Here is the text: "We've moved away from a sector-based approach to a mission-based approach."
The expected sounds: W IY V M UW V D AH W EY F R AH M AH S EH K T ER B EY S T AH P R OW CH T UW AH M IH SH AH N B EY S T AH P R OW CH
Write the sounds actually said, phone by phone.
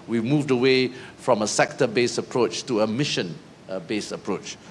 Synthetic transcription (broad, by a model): W IY M UW V D AH W EY F R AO M AH S EH K T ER B EY S AH P R OW CH T UW AH M IH SH AH N B EY S AH P R OW CH